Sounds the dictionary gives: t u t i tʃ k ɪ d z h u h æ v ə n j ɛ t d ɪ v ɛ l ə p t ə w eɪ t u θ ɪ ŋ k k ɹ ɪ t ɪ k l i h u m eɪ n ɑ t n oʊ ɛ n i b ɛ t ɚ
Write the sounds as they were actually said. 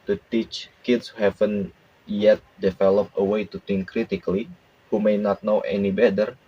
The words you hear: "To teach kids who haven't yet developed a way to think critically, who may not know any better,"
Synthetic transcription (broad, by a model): t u t i tʃ k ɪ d s h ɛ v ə n j ɛ t d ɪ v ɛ l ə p ə w eɪ t u t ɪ ŋ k k ɹ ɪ t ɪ k l i h u m eɪ n ɑ t n oʊ ɛ n i b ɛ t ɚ